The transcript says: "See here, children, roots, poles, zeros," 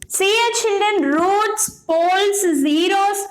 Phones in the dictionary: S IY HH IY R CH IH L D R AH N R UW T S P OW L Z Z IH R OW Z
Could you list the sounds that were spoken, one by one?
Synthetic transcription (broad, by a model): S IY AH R CH IH L D R AH N R UW T S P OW L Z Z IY R OW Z